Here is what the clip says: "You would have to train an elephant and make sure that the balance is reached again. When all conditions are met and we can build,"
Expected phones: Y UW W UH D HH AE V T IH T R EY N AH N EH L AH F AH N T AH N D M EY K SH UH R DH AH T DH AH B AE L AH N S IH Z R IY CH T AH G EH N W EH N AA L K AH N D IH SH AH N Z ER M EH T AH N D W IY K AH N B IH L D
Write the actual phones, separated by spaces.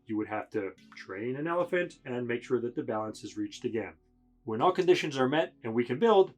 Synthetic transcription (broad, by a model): Y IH W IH D HH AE F T IH T R EY N AH N EH L AH F AH N T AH N M EY K SH UH R DH AH T DH AH B AE L AH N S IH Z R IY CH T AH G EH N W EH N AA L K AH N D IH SH AH N Z ER M EH T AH N W IY K AH N B IH L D